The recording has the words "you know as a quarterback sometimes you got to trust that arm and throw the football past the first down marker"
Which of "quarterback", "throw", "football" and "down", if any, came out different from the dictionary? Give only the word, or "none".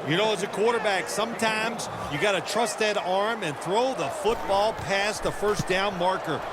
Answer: none